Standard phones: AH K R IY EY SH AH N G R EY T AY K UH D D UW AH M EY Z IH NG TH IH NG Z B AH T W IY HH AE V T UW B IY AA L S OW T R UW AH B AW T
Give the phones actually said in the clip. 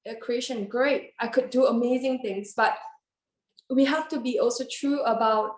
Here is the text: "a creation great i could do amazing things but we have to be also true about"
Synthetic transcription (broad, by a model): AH K R IY EY SH AH N G R EY T AY K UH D D UW AH M EY Z IH NG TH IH NG S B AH T W IY HH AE F T UW B IY AA L S OW T R UW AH B AW T